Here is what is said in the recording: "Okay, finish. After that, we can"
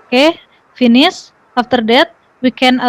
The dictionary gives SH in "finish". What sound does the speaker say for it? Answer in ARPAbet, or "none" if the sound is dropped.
S